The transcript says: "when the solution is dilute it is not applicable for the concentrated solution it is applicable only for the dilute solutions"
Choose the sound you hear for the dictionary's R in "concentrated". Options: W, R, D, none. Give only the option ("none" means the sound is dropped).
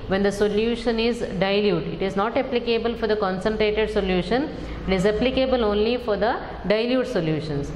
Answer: R